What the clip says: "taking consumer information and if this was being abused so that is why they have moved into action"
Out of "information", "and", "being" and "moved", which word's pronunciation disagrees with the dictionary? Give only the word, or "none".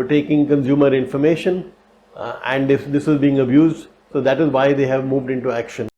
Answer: none